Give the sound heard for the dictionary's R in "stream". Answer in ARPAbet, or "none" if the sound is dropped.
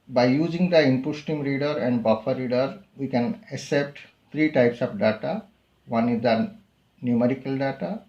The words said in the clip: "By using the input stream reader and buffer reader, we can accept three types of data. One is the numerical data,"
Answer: none